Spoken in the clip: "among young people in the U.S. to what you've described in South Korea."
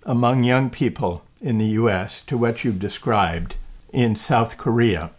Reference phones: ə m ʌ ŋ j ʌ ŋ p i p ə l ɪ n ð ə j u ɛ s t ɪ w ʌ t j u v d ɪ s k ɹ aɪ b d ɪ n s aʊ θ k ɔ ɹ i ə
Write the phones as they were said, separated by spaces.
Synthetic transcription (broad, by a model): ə m ʌ ŋ j ʌ ŋ p i p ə l ɪ n ð ə j u ɛ s t ɪ w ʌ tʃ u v d ɪ s k ɹ aɪ b d ɪ n s aʊ θ k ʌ ɹ i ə